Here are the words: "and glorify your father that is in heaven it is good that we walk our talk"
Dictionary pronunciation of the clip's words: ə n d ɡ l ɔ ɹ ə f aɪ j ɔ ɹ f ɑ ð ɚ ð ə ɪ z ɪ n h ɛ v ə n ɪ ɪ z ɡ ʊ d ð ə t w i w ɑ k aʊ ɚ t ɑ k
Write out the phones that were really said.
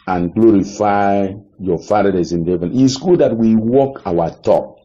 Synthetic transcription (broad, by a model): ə n ɡ l ɔ ɹ ə f aɪ j ɔ f ɑ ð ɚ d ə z ɪ n h ɛ v ə n ɪ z ɡ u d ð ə t w i w ɑ k aʊ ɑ t ɑ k